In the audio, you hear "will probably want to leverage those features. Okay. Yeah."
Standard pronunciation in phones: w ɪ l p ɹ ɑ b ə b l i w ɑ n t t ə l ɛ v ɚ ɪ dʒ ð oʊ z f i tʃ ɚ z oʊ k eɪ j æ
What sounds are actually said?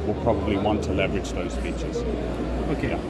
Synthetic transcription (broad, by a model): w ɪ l p ɹ ɑ b ə b l i w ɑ n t t ə l ɛ v ɚ ɪ dʒ ð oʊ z p i tʃ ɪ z oʊ k eɪ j